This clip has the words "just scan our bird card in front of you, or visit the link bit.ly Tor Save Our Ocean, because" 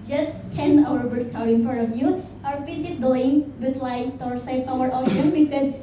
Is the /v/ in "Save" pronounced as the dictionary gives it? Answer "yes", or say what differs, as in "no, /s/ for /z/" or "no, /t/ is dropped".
no, /p/ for /v/